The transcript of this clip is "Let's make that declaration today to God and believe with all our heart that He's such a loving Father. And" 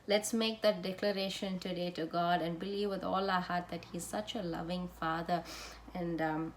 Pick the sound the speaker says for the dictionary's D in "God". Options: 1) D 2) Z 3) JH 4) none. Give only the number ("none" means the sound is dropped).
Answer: 1